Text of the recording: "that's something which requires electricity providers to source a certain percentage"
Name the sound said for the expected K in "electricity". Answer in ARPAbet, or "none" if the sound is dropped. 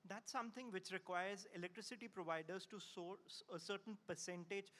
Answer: K